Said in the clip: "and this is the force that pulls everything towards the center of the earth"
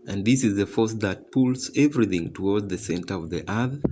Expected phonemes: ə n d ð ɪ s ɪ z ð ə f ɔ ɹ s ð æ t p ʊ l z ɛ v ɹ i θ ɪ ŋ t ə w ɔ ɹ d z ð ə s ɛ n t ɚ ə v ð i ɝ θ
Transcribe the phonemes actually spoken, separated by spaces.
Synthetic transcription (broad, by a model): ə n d ð ɪ s ɪ z ð ə f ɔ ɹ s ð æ t p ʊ l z ɛ v ɹ i θ ɪ ŋ t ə w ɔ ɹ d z ð ə s ɛ n t ɚ ə v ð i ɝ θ